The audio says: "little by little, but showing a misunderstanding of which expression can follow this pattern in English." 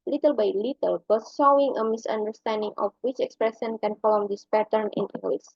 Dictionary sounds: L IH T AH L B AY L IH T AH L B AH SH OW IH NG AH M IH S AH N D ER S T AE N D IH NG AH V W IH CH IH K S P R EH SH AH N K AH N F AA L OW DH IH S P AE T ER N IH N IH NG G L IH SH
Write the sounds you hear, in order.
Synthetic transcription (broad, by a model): L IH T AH L B AY L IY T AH L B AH S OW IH NG AH M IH S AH N D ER S T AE N D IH NG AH F W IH CH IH K S P R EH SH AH N K AH N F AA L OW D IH S P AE T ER N IH N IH NG G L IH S